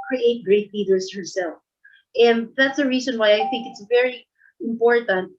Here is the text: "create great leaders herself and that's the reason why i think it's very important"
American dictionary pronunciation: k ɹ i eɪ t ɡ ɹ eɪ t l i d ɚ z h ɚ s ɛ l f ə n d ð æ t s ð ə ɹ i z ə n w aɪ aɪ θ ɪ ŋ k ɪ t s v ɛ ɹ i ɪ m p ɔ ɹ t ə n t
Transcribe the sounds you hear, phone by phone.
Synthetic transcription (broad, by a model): k ɹ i eɪ t ɡ ɹ eɪ t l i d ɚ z h ɚ s ɛ l f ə n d ð æ t s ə ɹ i z ə n w aɪ aɪ θ ɪ ŋ k ɪ t s v ɛ ɹ i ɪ m p ɔ ɹ t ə n t